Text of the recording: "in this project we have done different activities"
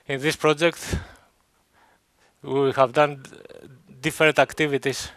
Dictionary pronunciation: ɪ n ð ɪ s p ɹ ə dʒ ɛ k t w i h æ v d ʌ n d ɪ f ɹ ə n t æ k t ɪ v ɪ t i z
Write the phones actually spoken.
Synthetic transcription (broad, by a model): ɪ n ð ɪ s p ɹ ə dʒ ɛ k t w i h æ v d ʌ n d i f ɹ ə n t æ k t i v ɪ t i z